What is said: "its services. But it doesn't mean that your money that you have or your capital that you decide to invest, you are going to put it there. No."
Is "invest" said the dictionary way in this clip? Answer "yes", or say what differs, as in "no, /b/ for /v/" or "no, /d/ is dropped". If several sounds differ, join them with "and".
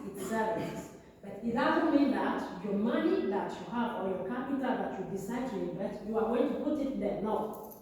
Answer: no, /s/ is dropped